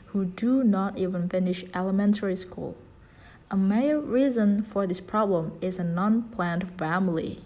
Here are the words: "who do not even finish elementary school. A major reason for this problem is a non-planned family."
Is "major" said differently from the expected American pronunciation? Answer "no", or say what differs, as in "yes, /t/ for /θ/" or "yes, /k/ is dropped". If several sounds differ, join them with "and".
yes, /dʒ/ is dropped